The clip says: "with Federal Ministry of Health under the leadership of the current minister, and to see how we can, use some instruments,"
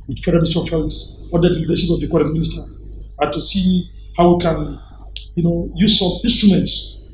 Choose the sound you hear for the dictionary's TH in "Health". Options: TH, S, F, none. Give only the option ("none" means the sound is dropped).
S